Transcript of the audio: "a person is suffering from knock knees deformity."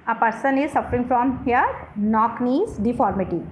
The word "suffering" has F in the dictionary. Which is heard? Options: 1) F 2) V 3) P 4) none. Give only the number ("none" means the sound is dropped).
1